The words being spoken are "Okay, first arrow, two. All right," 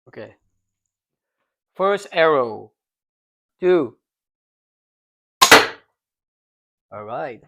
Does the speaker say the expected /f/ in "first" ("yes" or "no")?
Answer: yes